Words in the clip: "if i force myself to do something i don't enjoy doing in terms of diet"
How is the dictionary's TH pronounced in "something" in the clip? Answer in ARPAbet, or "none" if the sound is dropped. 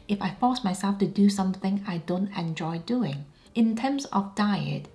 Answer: TH